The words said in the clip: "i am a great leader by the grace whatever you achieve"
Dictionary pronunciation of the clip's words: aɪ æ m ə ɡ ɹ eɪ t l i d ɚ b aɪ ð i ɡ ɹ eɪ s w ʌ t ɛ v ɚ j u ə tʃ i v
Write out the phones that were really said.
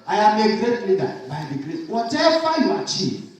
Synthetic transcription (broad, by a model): aɪ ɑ m ə ɡ ɹ eɪ t l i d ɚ b aɪ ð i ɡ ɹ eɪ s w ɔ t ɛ f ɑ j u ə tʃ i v